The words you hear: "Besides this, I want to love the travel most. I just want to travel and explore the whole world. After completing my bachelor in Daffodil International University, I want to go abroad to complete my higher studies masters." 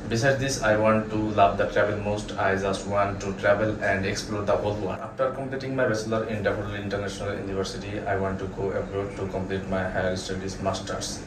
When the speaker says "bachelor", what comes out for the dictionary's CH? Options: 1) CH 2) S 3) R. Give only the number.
2